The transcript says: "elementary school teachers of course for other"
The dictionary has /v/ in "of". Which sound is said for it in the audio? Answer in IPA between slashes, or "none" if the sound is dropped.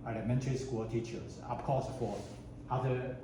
/p/